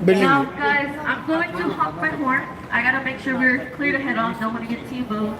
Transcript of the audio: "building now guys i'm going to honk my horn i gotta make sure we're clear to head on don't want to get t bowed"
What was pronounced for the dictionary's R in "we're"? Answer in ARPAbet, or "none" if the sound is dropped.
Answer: R